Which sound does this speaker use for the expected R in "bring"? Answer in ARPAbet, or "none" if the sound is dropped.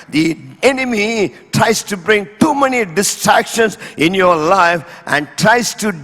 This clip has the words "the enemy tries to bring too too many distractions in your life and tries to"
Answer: R